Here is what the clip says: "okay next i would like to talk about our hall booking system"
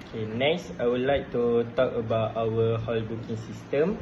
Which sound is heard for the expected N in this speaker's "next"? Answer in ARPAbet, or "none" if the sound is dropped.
N